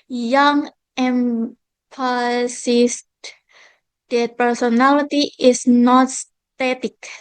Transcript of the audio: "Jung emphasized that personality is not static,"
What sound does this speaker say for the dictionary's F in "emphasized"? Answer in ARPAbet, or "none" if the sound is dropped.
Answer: P